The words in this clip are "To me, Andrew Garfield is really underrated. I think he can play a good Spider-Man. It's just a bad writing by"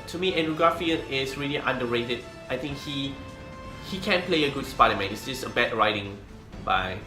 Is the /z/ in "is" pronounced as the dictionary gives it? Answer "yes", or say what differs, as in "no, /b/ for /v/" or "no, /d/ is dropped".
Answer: no, /s/ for /z/